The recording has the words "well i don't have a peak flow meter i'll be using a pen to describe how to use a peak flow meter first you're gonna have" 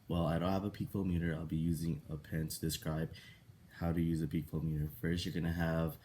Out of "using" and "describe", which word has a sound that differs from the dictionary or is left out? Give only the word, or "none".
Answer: none